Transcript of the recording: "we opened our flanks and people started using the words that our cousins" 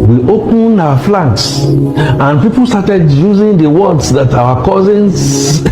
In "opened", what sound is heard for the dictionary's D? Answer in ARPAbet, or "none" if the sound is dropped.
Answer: none